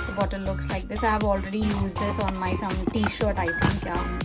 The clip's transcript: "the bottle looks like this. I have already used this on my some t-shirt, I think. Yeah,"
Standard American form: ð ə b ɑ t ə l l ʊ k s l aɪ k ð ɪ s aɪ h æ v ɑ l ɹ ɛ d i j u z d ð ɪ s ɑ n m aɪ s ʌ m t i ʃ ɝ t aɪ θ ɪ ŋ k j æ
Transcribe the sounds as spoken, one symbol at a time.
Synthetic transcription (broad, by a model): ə b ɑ t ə n l ʊ k s l aɪ k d ɪ s aɪ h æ v ɑ l ɹ ɛ d i j u z d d ɪ s ɑ n m aɪ s ʌ m t i ʃ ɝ t aɪ t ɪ ŋ k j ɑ